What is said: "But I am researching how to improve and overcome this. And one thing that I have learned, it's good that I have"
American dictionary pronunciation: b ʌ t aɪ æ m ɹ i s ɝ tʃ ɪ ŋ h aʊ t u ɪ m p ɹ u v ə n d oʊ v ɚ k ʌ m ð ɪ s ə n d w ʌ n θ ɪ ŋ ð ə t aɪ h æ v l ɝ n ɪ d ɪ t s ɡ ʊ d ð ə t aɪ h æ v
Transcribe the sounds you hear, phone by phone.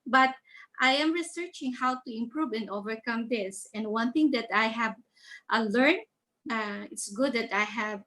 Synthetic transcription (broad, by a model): b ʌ t aɪ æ m ɹ i s ɝ tʃ ɪ ŋ h aʊ t u ɪ m p ɹ u v ə n d oʊ v ɚ k ʌ m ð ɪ s ə n d w ʌ n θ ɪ ŋ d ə t aɪ h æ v l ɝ n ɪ ɪ t s ɡ ʊ d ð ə t aɪ h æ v